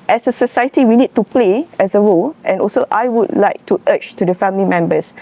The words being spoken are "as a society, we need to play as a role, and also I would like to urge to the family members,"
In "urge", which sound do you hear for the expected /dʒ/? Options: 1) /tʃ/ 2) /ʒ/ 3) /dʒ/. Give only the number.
1